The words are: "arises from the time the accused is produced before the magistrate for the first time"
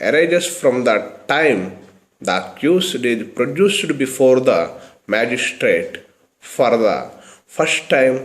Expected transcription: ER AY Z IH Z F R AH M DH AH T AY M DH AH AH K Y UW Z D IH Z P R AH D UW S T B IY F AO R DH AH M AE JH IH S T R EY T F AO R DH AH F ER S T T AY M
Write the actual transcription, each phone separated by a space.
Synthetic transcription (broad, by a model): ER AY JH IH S F R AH M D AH T AY M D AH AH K Y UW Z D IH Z P R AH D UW S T B IY F AO R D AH M AE JH IH S T R EY T F AO R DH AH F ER S T T AY M